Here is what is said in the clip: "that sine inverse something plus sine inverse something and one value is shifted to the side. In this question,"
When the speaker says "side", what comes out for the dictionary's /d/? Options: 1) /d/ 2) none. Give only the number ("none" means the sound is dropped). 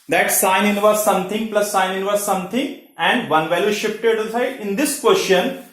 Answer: 2